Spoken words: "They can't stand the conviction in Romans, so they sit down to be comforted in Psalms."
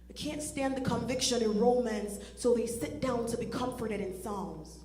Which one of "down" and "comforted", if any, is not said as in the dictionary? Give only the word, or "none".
none